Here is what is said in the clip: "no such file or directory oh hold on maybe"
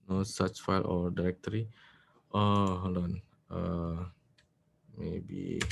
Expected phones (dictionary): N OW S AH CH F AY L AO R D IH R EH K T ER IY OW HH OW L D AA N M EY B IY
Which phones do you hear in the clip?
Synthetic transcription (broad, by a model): N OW S AH CH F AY L AO R D IH R EH K T ER IY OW HH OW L AA N M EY B IY